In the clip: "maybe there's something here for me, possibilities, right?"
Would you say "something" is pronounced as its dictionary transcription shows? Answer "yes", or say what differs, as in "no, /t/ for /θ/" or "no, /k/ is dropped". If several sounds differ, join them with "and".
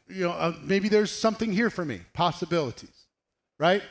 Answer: yes